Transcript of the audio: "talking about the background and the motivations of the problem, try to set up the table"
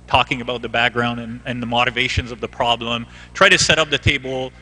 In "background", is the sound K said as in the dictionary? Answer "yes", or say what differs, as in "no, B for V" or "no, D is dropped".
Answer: yes